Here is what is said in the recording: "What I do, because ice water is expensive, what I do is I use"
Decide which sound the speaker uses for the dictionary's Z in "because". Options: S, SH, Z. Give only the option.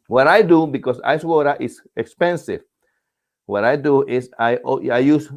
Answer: S